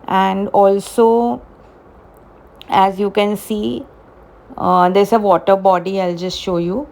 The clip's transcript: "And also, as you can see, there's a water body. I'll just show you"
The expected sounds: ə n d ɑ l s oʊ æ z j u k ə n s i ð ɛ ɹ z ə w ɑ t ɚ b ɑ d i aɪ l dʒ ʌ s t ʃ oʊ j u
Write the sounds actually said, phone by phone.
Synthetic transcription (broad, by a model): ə n d ɑ l s oʊ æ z j u k ə n s i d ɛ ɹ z ə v ɑ t ɚ b ɑ d i aɪ l dʒ ʌ s t ʃ oʊ j u